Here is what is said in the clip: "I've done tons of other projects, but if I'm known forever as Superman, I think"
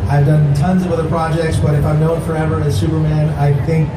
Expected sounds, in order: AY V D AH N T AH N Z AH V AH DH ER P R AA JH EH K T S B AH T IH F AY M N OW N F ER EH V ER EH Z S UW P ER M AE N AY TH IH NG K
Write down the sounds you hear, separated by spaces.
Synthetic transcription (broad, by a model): AY V D AH N T AH N Z AH V AH DH ER P R AA JH EH K T S B AH T IH F AY M N OW N F ER EH V ER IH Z S UW P ER M AE N AY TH IH NG K